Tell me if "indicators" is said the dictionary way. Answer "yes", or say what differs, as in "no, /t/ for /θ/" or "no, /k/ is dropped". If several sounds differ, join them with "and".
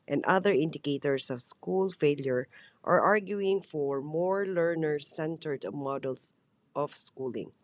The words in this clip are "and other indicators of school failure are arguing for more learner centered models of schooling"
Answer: no, /s/ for /z/